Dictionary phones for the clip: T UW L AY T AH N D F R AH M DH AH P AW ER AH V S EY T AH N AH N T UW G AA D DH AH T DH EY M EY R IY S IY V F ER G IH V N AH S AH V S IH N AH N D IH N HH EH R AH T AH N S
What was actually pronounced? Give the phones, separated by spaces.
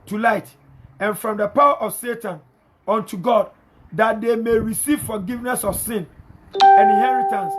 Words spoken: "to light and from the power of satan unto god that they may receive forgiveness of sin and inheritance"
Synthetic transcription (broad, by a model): T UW L AY T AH N F R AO M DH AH P AW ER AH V S EY T AH N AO N T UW G AA D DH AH T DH EY M EY R IY S IY V F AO G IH V N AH S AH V S IH N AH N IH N HH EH R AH T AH N S